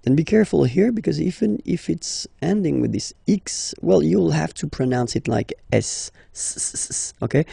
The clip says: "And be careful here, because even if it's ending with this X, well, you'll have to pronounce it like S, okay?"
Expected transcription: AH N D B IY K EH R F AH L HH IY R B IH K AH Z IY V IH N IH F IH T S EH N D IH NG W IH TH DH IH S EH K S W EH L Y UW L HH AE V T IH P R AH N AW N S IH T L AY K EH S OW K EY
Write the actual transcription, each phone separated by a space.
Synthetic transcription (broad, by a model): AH N B IY K EH R F AH L HH IY R B IH K AH Z IY V IH N IH F IH T S EH N D IH NG W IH DH IH S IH K S W EH L Y UW L HH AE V T IH P R AH N AW N S IH T L AY K EH S OW K EY